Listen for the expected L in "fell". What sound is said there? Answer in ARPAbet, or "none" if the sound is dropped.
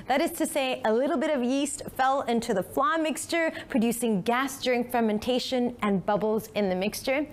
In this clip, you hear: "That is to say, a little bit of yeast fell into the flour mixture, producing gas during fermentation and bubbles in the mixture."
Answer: L